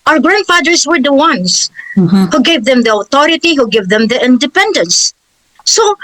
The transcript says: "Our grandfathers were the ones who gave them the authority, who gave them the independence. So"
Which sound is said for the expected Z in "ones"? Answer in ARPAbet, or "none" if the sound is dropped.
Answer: S